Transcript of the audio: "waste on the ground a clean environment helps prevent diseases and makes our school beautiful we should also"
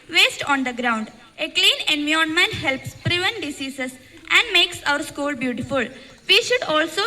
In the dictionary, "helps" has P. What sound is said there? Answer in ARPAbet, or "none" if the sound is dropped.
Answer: P